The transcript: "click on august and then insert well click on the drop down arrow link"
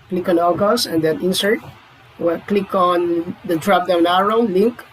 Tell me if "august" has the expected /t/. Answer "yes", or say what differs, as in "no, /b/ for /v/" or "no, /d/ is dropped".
no, /t/ is dropped